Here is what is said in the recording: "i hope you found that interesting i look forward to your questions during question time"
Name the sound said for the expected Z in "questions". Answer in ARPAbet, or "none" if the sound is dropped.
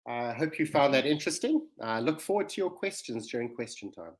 Z